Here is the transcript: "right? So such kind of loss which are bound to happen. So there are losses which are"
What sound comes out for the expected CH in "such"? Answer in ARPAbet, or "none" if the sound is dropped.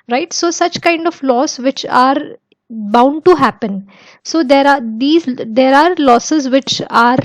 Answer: CH